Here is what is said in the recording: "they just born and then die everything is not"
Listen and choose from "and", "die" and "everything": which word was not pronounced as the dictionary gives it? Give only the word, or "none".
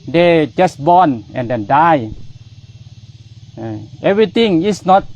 everything